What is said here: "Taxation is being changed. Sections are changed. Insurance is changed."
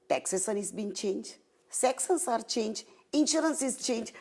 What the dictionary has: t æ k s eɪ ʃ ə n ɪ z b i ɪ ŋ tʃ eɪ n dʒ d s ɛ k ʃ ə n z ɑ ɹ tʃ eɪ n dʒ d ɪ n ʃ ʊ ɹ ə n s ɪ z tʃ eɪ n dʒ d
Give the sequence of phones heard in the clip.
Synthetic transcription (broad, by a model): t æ k s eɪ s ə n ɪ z b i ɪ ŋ tʃ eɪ n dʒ s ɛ k s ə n s ɑ ɹ tʃ eɪ n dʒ ɪ n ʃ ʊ ɹ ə n s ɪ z tʃ eɪ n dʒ